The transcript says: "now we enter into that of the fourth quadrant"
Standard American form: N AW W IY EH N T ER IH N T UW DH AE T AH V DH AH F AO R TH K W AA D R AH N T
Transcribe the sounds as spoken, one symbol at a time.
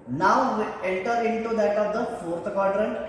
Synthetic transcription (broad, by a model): N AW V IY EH L T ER IH N T UW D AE T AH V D AH F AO R T K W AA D R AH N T